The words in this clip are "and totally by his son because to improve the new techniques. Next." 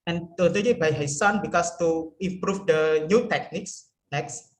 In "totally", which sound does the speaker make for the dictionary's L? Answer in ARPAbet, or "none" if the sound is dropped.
N